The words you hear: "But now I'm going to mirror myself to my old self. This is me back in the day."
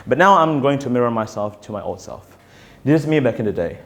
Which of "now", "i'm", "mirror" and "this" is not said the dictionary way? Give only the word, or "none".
this